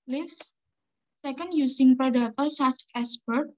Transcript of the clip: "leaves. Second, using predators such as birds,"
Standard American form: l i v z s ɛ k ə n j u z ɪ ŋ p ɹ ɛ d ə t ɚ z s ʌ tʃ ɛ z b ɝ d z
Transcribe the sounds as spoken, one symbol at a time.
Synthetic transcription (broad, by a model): l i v s ɛ k ə n j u s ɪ ŋ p ɹ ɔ d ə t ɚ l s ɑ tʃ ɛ s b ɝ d